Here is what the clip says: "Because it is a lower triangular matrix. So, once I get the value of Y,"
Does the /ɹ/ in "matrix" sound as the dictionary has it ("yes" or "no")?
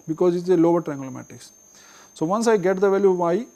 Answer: no